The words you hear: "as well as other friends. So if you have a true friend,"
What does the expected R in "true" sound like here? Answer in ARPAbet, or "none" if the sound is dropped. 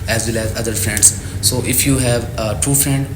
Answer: none